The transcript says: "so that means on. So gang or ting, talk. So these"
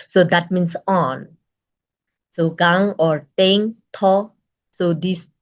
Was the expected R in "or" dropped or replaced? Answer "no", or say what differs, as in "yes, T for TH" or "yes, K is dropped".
no